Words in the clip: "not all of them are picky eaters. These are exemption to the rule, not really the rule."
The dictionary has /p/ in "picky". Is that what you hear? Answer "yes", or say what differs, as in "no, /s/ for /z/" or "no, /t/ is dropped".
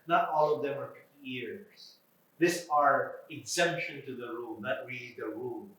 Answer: no, /f/ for /p/